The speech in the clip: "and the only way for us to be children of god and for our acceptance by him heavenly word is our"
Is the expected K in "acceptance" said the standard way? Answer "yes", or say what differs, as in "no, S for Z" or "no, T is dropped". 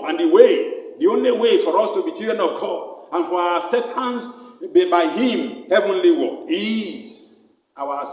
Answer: no, K is dropped